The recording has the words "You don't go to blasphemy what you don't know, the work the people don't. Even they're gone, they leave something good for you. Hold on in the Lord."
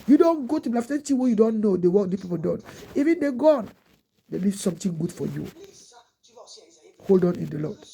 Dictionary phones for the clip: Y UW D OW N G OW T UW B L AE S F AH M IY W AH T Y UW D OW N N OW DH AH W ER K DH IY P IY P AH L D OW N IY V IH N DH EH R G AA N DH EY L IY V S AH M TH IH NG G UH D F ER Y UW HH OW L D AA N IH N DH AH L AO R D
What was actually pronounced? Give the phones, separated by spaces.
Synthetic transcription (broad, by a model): Y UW D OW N G OW T UW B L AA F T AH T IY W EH Y UW D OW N N OW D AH W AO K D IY P IY P AH L D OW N IY V IH N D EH G AA N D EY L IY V S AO M T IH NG G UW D F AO Y UW HH OW L D AA N IH N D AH L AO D